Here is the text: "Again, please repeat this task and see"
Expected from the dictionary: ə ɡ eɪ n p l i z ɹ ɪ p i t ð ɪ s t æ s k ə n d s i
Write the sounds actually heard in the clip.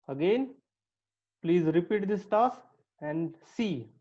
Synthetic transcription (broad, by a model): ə ɡ eɪ n p l i z ɹ ɪ p i t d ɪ s t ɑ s ə n d s i